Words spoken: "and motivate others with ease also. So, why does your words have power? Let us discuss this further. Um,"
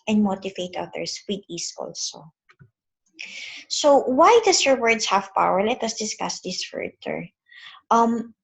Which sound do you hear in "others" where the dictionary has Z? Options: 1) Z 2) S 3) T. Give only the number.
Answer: 2